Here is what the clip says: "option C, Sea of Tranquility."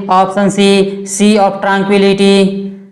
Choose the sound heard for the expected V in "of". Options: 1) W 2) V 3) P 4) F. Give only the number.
3